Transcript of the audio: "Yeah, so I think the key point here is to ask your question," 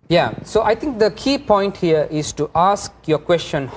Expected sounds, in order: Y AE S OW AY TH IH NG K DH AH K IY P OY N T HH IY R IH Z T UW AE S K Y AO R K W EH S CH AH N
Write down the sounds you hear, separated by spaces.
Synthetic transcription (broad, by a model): Y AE S OW AY T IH NG K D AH K IY P OY N T HH IY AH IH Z T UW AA S K Y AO K W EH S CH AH N